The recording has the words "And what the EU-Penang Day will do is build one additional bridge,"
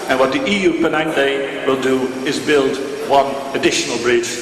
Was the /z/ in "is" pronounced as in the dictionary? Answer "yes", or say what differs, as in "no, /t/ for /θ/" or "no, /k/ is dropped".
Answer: yes